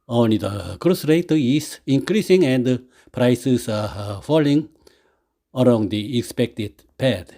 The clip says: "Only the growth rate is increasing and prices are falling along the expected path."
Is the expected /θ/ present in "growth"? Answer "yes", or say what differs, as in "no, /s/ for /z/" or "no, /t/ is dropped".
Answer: no, /s/ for /θ/